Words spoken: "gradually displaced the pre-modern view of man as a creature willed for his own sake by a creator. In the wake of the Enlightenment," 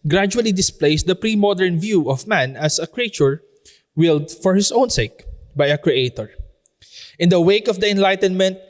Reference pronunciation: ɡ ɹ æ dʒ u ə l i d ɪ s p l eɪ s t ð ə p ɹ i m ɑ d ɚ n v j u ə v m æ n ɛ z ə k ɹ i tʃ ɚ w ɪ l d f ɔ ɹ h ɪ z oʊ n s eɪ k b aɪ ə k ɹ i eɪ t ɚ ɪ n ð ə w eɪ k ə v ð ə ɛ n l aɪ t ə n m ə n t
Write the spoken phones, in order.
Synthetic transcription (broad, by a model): ɡ ɹ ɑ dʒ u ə l i d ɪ s p l eɪ s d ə p ɹ i m ɑ d ɚ n v j u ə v m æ n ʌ s ə k ɹ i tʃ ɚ w ɪ l d f ɔ ɹ h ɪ s oʊ n s eɪ k b aɪ ə k ɹ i eɪ t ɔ ɪ n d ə w eɪ k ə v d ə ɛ n l aɪ t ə n m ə n t